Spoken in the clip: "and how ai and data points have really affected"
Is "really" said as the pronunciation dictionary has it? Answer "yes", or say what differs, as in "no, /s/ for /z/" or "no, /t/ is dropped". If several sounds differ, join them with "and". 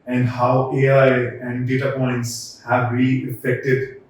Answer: no, /l/ is dropped